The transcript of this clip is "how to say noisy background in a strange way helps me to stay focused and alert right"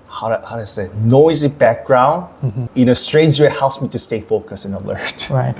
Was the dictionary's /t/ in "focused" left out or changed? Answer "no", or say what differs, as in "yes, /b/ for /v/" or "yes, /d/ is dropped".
yes, /t/ is dropped